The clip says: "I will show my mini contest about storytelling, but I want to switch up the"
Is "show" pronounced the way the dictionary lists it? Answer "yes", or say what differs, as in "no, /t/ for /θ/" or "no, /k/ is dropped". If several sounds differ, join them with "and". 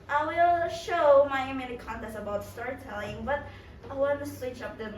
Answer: yes